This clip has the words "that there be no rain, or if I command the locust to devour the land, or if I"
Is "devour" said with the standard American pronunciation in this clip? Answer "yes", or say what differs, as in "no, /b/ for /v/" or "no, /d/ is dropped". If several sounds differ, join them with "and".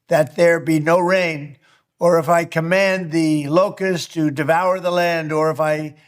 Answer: yes